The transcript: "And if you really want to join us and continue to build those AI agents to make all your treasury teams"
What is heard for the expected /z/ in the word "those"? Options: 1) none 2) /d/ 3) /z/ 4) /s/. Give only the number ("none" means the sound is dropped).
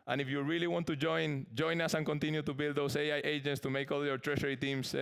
4